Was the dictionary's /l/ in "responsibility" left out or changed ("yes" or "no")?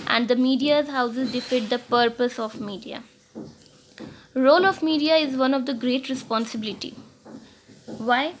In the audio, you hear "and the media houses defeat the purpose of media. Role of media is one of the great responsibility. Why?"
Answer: no